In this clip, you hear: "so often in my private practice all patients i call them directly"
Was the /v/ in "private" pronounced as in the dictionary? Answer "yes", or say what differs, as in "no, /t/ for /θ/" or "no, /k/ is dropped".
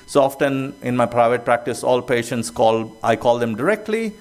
yes